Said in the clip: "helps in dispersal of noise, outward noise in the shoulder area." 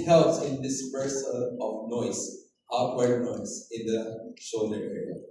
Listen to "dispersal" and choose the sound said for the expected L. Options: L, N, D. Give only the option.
N